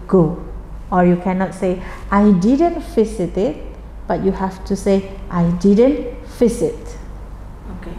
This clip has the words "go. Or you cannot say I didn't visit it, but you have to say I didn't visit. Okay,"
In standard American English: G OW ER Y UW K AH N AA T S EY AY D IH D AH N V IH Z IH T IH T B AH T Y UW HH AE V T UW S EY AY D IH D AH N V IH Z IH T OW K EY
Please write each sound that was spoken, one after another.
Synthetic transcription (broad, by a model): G OW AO Y UW K AH N AA T S EY AY D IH D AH N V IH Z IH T IH T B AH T Y UW HH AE F T UW S EY AY D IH D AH N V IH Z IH T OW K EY